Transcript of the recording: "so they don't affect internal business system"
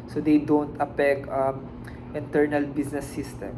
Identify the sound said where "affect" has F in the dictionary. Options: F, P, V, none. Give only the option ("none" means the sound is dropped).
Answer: P